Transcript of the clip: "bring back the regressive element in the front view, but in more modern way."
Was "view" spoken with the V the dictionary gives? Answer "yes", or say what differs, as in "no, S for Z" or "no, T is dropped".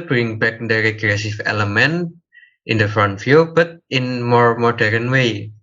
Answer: no, F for V